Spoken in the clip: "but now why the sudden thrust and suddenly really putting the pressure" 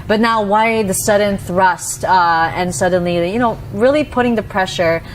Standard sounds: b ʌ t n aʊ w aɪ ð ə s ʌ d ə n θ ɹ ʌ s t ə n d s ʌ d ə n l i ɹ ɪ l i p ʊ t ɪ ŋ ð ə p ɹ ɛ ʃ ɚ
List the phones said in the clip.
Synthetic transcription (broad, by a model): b ʌ t n aʊ w aɪ ð ə s ʌ d n θ ɹ ʌ s t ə n s ʌ d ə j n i ɹ ɪ l i p ʊ t ɪ ŋ ð ə p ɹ ɛ ʃ ɚ